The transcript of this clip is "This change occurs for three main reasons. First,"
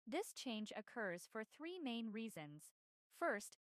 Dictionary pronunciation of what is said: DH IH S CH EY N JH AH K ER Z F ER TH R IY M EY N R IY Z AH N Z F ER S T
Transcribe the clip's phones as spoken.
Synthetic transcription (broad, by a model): DH IH S CH EY N JH AH K ER Z F ER TH R IY M EY N R IY Z AH N Z F ER S T